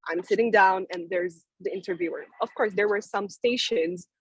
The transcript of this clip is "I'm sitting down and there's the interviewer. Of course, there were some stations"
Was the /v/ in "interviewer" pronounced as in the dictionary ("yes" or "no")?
yes